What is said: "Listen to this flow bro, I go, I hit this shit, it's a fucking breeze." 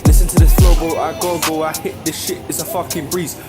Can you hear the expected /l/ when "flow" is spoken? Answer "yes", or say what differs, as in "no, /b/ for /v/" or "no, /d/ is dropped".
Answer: no, /l/ is dropped